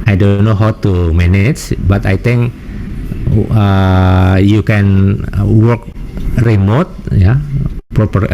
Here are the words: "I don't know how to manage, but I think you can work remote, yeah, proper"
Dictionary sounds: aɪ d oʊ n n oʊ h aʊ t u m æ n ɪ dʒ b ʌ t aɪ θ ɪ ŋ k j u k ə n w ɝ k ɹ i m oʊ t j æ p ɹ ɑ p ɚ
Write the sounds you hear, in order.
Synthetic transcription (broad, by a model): aɪ d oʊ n n oʊ h aʊ t u m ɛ n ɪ tʃ b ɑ t aɪ t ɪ ŋ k j u k ə n w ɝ k ɹ i m oʊ t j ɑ p ɹ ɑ p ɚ